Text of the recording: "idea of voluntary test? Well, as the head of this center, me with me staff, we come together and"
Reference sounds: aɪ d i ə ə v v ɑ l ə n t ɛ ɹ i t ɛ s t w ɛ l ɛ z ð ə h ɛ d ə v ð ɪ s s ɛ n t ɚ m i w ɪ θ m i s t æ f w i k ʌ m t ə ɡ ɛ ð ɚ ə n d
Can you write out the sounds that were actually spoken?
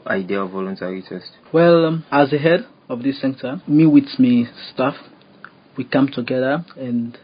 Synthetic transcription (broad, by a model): aɪ d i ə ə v v ɑ l ə n t ɛ ɹ i t ɛ s t w ɛ l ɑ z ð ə h ɛ d ə v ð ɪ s s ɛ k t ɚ m i w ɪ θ m i s t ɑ f w i k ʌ m t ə ɡ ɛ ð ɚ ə n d